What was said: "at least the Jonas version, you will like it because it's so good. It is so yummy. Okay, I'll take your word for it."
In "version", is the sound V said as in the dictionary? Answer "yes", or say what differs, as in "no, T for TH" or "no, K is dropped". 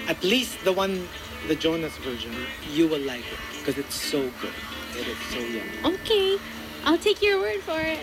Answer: yes